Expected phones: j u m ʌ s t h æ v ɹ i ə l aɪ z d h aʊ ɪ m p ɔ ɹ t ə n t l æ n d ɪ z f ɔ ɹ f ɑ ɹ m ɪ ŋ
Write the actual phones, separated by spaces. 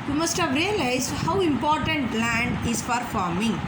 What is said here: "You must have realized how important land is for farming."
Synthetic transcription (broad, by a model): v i m ʌ s t h æ v ɹ i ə l aɪ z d h aʊ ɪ m p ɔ ɹ t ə n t l æ n d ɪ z p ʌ ɹ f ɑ ɹ m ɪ ŋ